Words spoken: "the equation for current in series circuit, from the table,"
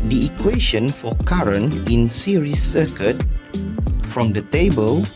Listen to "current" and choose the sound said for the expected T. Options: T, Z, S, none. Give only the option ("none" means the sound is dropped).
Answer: none